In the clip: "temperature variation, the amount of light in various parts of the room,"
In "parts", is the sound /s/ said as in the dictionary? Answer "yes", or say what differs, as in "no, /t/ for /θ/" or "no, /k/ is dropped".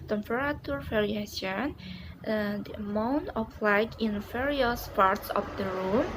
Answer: yes